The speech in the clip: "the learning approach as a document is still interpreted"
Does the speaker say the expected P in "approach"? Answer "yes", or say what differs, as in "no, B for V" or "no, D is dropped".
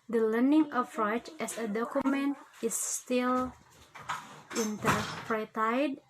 no, F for P